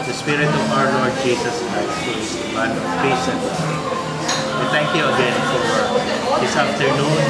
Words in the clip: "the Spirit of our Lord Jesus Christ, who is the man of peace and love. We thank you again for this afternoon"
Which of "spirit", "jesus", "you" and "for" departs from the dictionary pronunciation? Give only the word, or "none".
jesus